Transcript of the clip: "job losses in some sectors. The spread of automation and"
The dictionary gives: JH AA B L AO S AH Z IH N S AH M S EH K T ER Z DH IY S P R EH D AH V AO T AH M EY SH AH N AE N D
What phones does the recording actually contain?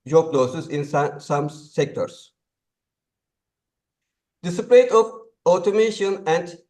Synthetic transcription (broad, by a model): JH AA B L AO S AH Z IH N S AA M S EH K T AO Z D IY S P L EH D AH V AO T AH M EY SH AH N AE N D